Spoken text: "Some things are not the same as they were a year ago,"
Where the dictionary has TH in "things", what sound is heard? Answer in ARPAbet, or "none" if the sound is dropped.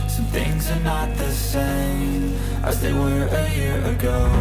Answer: TH